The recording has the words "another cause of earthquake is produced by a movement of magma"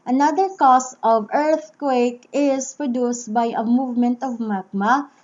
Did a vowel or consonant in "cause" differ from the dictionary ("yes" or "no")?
yes